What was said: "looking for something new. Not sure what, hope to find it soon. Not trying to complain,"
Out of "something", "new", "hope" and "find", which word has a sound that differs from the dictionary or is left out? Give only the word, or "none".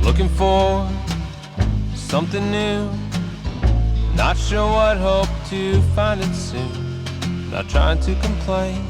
none